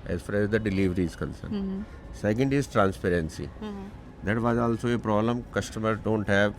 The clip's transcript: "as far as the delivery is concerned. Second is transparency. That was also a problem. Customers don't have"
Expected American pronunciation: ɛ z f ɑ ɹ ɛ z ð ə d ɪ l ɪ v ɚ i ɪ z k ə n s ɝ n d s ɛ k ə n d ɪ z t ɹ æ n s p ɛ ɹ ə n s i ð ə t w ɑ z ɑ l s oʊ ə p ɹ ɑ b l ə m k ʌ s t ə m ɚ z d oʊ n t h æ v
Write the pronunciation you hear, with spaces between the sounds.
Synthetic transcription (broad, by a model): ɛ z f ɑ ɹ ɛ z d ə d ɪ l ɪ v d i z k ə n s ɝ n s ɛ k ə n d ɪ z t ɹ æ n s p ɛ ɹ ə n s i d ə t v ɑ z ɑ l s oʊ ə p ɹ ɑ b l ə m k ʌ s t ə m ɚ d oʊ n t h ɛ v